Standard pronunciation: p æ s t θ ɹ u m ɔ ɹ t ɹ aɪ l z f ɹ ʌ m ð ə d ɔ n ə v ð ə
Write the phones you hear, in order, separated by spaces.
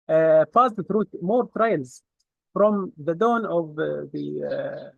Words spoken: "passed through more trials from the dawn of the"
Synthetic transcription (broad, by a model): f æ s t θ ɹ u m ɔ ɹ t ɹ aɪ l z f ɹ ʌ m ð ə d ɔ n ə v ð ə